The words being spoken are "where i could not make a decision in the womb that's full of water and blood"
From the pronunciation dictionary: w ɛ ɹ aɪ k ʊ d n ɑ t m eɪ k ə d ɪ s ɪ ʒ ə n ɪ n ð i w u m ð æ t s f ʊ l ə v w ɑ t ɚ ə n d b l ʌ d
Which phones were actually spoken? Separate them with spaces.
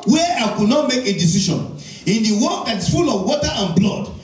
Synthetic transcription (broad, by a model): w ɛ aɪ k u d n ɑ t m eɪ k ə d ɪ s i ʃ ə n ɪ n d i w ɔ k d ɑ t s f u l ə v w ɑ t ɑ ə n b l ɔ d